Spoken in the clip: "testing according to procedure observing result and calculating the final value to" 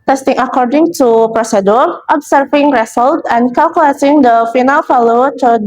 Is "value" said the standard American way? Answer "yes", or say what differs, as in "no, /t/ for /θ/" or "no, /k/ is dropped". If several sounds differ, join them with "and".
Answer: no, /f/ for /v/